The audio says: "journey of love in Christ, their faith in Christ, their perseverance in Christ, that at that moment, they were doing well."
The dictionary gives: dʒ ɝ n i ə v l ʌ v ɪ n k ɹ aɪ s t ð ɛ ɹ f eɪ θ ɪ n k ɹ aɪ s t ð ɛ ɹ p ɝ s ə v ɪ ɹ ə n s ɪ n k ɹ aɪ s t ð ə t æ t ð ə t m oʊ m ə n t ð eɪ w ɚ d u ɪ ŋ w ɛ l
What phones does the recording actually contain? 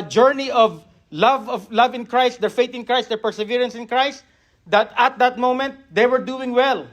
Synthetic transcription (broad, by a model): dʒ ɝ n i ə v l ʌ v ɪ n k ɹ aɪ s t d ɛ ɹ f eɪ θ ɪ n k ɹ aɪ s t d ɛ ɹ p ɝ s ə v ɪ ɹ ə n s ɪ n k ɹ aɪ s t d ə t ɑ t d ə t m oʊ m ə n t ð eɪ w ɚ d u ɪ ŋ w ɛ l